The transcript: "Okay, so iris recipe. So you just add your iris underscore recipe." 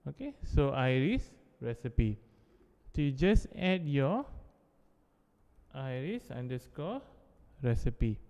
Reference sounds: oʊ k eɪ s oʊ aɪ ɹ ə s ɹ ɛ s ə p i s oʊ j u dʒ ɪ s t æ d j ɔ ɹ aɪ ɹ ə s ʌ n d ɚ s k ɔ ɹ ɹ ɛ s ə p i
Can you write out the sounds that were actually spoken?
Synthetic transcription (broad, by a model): oʊ k eɪ s oʊ aɪ ɹ ə s ɹ ɛ s ə p i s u j u dʒ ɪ s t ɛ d j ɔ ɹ aɪ ɹ ə s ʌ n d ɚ s k ɔ l ɹ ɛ s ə p i